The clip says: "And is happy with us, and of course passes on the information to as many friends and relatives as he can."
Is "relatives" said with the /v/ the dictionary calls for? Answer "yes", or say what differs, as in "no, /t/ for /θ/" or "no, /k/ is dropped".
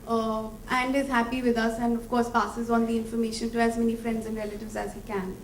yes